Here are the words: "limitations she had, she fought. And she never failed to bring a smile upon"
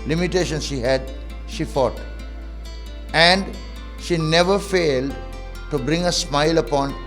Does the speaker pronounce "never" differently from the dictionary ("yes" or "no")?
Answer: no